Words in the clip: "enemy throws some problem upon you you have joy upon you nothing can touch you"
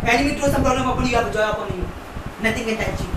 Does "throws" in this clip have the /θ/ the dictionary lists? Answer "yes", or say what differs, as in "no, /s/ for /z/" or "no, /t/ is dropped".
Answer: no, /t/ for /θ/